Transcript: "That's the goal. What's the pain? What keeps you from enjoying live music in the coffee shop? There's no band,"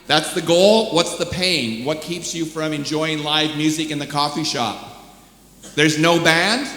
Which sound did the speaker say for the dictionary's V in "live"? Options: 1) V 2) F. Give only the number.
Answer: 1